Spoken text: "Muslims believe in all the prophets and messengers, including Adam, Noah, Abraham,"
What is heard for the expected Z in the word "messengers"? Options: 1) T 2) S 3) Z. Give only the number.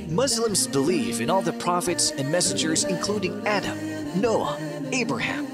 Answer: 3